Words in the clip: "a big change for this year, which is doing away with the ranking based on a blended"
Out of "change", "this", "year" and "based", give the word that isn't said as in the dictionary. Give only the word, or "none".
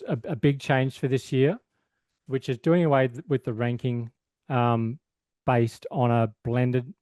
change